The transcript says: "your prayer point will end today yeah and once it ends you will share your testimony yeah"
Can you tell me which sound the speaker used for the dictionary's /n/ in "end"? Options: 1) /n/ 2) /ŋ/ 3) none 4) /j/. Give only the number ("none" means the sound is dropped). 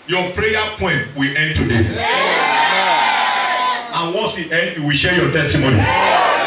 1